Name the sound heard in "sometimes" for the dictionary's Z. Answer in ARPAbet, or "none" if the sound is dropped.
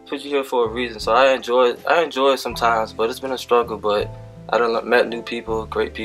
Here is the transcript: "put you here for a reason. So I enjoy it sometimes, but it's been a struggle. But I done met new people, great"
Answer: Z